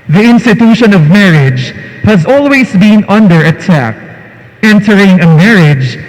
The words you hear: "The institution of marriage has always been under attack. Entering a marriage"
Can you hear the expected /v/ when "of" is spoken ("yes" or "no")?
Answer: yes